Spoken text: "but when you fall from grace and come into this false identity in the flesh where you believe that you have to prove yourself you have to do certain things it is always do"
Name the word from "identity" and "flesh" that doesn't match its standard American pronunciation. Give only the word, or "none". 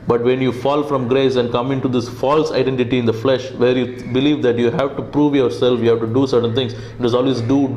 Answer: none